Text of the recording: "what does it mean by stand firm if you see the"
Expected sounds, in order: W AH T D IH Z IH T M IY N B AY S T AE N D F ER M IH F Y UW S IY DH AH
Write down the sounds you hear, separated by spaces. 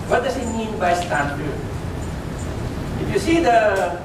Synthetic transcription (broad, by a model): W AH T D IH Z IH T M IY N B AY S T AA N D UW IH F Y UW S IY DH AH